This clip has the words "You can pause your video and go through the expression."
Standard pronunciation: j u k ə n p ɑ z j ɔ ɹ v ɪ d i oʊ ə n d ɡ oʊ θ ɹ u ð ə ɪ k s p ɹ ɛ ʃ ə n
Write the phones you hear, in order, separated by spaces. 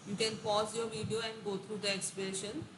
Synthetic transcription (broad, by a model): j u k ə n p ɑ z j ɔ ɹ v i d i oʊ ə n d ɡ oʊ t ɹ u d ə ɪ k s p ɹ ɛ ʃ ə n